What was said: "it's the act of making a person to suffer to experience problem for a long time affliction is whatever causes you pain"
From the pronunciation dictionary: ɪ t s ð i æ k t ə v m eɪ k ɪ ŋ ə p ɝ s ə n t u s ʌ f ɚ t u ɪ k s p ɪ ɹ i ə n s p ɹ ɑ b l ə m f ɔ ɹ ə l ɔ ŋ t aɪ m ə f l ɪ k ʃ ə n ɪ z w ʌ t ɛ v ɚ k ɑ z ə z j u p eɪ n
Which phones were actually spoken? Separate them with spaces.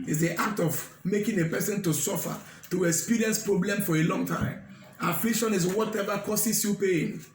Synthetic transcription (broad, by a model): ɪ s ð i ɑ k t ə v m eɪ k ɪ ŋ ə p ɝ s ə n t u s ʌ f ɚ t u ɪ k s p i ɹ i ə n s p ɹ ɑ b l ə m f ɔ ɹ ə l ɔ ŋ t aɪ m ə f l ɪ k ʃ ə n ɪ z w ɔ t ɛ v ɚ k ɑ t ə s j u p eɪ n